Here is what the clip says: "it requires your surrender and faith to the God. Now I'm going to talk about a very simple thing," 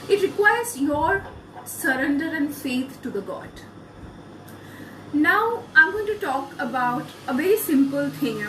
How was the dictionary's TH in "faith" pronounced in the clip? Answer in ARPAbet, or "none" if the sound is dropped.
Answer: T